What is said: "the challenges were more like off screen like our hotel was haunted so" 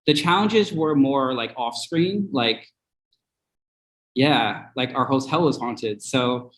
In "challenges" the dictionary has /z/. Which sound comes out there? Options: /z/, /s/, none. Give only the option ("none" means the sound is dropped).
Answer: /z/